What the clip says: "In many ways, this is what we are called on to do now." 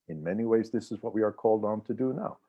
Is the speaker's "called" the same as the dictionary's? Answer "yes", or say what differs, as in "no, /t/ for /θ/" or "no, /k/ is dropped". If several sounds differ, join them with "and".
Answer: yes